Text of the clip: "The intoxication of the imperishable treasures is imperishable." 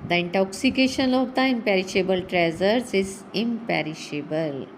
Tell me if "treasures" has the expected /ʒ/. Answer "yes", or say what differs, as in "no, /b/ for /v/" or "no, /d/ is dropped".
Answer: no, /z/ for /ʒ/